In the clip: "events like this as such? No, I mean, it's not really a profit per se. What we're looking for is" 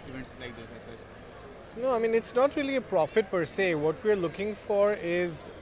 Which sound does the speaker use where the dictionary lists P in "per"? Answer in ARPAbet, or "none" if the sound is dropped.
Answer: P